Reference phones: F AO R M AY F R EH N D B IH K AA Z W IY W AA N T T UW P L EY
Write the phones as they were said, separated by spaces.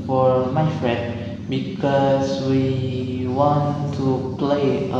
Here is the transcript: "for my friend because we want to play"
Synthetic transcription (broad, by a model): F AO R M AY F R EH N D B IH K AA S W IY W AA N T T UW P L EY